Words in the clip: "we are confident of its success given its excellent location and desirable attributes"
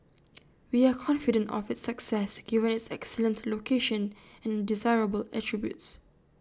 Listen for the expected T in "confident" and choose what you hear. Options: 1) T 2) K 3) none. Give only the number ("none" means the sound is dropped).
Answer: 1